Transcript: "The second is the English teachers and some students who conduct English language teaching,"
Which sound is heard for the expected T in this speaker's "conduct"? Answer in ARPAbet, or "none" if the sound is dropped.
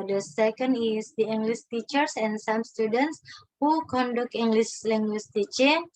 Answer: none